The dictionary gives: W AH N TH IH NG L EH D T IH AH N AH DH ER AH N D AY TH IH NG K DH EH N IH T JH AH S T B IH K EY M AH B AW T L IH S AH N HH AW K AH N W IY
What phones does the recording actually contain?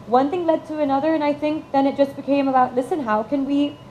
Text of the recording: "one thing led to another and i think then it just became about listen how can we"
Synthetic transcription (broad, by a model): W AH N TH IH NG L EH D T IH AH N AH DH ER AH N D AY TH IH NG K DH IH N IH T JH AH S B IH K EY M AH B AW T L IH S AH N HH AW K AH N W IY